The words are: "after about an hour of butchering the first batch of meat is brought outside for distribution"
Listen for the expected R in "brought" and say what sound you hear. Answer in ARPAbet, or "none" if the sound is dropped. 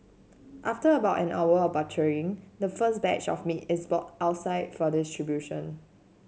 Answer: none